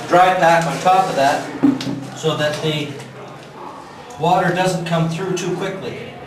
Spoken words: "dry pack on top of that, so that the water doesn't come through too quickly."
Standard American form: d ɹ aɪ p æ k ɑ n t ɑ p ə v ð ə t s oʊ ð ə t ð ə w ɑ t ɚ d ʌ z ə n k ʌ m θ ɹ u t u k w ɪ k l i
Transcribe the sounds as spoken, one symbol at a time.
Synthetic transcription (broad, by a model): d ɹ aɪ b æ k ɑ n t ɑ p ə v ð ə t s oʊ ð ə t ð ə w ɑ t ɚ d ʌ z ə n k ʌ m θ ɹ u t u k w ɪ k l i